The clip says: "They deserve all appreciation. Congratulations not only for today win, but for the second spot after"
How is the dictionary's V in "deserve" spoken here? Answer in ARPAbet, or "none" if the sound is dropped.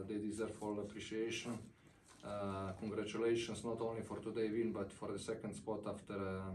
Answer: F